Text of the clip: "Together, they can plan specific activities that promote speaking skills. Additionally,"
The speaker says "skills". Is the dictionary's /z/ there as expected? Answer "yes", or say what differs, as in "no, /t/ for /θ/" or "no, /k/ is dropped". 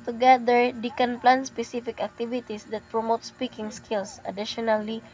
no, /s/ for /z/